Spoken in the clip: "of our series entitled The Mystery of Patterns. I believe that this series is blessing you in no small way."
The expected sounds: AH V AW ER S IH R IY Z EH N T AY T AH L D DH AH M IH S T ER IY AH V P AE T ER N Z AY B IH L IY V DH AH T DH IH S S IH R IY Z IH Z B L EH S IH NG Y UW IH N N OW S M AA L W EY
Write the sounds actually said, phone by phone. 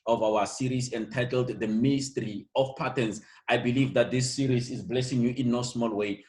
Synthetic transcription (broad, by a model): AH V AW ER S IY R IY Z EH N T AY T AH L D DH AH M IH S T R IY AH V P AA T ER N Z AY B IH L IY V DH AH T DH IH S S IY R IY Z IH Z B L EH S IH NG Y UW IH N N OW S M AA L W EY